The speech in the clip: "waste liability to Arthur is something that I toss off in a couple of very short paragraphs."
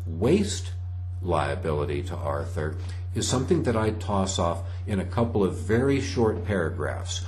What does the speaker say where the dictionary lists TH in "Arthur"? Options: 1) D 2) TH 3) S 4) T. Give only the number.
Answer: 2